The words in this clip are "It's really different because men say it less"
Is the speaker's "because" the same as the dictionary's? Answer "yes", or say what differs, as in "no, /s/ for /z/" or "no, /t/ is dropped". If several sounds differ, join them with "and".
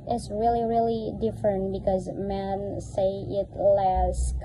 yes